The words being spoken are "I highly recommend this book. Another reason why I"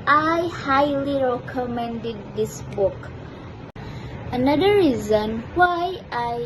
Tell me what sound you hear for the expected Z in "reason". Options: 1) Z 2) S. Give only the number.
1